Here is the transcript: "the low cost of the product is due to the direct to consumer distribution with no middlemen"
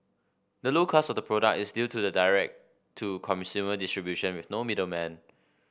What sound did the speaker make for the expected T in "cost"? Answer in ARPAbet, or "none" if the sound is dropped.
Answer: none